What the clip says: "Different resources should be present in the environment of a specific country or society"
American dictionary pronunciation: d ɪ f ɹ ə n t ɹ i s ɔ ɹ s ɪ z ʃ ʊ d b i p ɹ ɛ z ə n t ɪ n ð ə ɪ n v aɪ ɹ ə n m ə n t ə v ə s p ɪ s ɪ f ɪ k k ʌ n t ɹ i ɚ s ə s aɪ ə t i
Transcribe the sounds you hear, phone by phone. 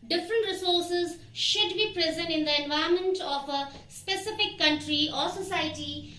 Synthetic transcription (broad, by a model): d ɪ f ɹ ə n t ɹ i s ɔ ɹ s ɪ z ʃ ʊ d b i p ɹ ɛ z ə n t ɪ n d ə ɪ n v aɪ ə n m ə n t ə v ə s p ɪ s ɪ f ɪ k k ʌ n t ɹ i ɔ s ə s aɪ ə t i